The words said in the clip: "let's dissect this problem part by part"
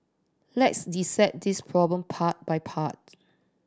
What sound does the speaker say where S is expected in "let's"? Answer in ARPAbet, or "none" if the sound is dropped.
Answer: S